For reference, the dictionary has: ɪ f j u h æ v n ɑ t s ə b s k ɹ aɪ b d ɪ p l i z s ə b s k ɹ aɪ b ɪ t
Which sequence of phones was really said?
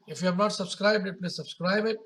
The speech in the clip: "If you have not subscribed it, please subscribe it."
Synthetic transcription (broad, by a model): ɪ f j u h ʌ p n ɑ t s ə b s k ɹ aɪ b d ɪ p n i s ə b s k ɹ aɪ b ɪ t